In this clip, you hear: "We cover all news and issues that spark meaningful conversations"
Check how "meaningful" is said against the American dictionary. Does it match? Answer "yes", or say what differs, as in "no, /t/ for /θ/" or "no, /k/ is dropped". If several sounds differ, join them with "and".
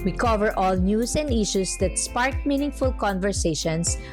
yes